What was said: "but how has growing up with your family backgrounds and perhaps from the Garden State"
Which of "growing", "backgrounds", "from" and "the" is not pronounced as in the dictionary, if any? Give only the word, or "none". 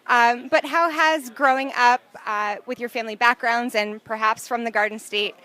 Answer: none